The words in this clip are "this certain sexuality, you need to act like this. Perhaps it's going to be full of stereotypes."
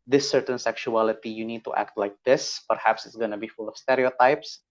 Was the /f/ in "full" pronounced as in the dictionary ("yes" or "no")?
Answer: yes